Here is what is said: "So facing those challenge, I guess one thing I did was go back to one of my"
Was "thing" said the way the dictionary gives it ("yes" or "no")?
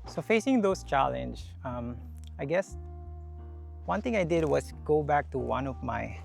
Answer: no